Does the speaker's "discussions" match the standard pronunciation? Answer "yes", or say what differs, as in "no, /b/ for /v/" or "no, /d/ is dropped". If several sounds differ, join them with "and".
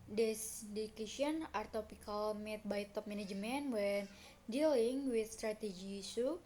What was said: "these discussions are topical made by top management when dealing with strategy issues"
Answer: no, /s/ is dropped and /z/ is dropped